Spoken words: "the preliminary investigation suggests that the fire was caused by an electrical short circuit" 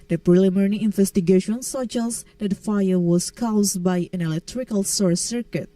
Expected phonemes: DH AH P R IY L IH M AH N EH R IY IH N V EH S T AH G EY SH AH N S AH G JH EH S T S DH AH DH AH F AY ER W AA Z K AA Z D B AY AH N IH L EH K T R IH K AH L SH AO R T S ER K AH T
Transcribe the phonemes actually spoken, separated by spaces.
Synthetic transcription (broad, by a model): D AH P R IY L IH M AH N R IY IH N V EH S T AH G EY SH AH N S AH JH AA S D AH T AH F AY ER W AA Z K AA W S B AY AH N IH L EH K T R IH K AH L S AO R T S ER K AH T